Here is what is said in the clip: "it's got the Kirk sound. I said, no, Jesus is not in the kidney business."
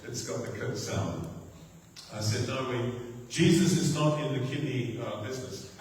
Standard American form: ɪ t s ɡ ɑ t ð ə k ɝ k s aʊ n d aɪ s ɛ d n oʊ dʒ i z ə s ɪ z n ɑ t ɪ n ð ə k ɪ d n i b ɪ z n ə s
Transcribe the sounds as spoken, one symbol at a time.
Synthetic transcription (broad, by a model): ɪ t s ɡ ɑ t ð ə k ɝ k s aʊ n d aɪ s ɛ d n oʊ dʒ i z ə s ɪ z n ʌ t ɪ n ð ə k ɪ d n i b ɪ z n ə s